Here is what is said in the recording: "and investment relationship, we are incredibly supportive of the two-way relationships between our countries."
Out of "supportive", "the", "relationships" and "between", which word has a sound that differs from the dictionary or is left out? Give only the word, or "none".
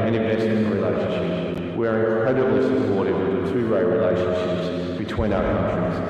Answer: supportive